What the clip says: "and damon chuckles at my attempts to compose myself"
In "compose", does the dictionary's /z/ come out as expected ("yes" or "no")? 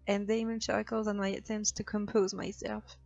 yes